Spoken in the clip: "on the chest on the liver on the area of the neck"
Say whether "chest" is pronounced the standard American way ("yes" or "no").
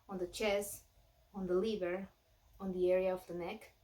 no